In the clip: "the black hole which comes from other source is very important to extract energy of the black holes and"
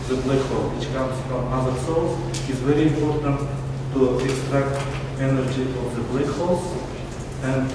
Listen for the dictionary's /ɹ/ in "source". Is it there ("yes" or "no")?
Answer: no